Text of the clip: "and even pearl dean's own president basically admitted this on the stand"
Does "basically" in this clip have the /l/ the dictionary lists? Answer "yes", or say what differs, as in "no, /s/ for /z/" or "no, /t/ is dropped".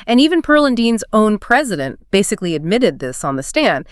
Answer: yes